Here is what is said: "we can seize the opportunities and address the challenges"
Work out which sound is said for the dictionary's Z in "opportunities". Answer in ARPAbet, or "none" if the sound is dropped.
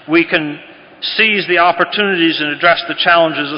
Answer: Z